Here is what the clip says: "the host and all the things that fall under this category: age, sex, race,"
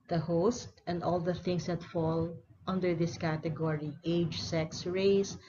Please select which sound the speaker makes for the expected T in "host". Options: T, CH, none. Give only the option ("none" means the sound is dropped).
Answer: T